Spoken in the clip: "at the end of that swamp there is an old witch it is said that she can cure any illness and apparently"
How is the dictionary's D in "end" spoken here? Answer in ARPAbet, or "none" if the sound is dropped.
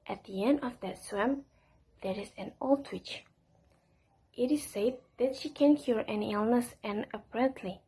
D